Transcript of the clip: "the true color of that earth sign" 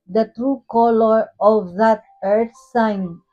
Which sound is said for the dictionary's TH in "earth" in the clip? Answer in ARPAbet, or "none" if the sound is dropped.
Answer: T